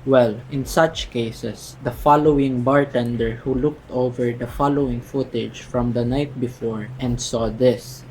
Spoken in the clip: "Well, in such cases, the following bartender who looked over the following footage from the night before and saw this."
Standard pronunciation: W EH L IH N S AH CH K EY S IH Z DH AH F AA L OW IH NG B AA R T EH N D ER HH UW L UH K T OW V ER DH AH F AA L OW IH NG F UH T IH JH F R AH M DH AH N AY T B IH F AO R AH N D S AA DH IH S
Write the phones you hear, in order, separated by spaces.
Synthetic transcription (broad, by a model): W EH L IH N S AH CH K EY S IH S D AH F AA L OW IH NG B AA R T EH N D ER HH UW L UH K T OW V ER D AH F AA L OW IH NG F UH T IH JH F R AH M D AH N AY T B IH F AO R AH N D S AA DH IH S